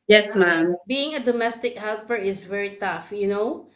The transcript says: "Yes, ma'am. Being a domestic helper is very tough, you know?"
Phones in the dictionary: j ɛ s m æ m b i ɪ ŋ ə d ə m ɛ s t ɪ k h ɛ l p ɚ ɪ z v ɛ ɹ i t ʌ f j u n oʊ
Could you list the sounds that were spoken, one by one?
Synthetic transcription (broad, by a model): j ɛ s m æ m b i ɪ ŋ ə d ə m ɛ s t ɪ k h ɛ l p ɚ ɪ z v ɛ ɹ i t ʌ f j u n oʊ